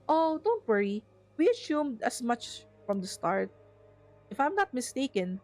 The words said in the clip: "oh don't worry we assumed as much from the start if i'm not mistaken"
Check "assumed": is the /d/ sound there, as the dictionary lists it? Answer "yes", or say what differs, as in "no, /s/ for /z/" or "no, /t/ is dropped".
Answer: yes